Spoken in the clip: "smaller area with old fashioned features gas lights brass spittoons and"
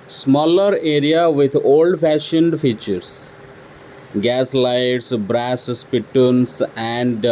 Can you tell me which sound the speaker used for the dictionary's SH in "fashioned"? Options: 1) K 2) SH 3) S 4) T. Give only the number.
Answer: 2